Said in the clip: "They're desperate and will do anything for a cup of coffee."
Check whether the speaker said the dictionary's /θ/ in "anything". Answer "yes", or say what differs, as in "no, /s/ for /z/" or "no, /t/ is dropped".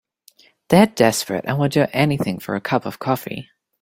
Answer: yes